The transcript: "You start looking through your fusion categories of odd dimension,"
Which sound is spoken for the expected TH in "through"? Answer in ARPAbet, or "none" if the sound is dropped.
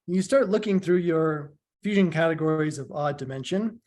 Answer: TH